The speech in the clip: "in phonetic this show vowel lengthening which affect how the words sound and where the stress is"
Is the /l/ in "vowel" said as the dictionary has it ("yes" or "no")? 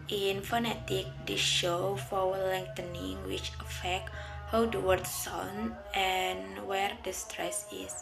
no